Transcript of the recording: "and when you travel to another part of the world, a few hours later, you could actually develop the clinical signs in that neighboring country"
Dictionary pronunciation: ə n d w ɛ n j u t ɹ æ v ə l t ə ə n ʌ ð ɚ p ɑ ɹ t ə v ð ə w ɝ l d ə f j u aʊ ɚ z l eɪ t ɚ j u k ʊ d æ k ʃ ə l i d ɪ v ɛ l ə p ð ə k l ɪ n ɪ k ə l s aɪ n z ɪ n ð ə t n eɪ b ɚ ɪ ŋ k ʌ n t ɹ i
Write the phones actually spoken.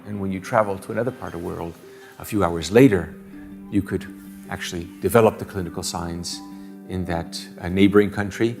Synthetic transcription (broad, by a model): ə n w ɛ n j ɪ t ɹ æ v l t ə ə n ʌ ð ɚ p ɑ ɹ t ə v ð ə w ɝ l d ə f j u aʊ ɚ z l eɪ t ɚ j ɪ k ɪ d æ k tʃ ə l i d ɪ v ɛ l ə p ð ə k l ɪ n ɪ k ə l s aɪ n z ɪ n ð ə t n eɪ b ɚ ɪ ŋ k ʌ n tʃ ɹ i